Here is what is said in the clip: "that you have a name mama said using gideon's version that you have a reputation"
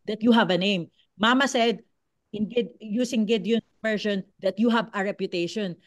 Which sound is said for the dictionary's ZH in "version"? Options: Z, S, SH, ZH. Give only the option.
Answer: SH